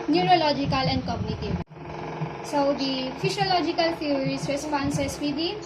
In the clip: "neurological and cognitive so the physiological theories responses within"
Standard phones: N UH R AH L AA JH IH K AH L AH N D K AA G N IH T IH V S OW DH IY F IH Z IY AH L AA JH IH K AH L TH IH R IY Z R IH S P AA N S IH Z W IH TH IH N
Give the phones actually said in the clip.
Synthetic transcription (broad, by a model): N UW R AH L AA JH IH K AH L AH N D K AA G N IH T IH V S OW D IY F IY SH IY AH L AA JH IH K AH L T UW R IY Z R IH S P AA N S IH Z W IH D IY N